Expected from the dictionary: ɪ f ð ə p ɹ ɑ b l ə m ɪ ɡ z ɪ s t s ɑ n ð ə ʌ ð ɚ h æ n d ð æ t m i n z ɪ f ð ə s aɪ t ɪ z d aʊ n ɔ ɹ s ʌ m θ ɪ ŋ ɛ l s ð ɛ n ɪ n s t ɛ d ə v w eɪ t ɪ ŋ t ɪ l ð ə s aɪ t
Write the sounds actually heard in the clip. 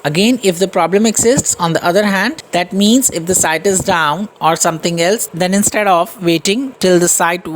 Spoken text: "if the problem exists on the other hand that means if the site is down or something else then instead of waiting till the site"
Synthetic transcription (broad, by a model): ɪ f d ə p ɹ ɑ b l ə m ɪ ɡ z ɪ s t s ɑ n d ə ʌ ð ɚ h æ n d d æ t m i n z ɪ f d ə s aɪ t ɪ z d aʊ n ɔ ɹ s ʌ m t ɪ ŋ ɛ l s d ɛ n ɪ n s t ɛ d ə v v eɪ t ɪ ŋ t ɪ l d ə s aɪ t